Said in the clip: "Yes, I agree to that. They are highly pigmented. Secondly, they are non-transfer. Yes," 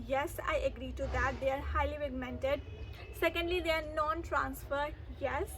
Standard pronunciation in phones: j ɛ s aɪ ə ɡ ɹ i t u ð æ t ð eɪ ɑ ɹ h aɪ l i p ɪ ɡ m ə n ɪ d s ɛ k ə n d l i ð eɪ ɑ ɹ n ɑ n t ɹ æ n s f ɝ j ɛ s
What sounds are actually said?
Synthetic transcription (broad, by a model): j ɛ s aɪ ə ɡ ɹ i t u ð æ t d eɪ ɑ ɹ h aɪ l i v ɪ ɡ m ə n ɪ d s ɛ k ə n d l i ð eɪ ɑ ɹ n ɑ n t ɹ æ n s f ɝ j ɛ s